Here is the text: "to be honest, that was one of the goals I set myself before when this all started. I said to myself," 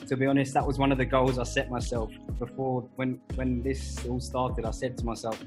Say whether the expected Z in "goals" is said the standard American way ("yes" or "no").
yes